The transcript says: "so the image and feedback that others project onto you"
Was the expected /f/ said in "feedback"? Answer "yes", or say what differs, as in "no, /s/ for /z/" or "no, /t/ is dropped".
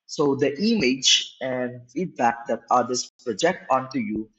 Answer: yes